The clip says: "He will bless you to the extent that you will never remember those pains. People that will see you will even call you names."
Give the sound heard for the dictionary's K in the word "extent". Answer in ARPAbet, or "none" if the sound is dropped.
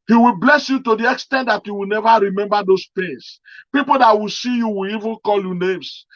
K